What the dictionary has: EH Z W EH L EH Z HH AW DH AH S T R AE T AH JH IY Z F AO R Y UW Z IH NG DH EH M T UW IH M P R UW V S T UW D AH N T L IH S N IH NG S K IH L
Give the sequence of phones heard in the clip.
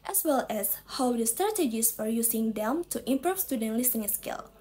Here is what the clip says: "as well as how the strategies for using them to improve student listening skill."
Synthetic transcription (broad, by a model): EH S W EH L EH S HH AW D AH S T R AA T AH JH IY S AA R Y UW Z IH NG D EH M T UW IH M P R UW F S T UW D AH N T L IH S IH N S K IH L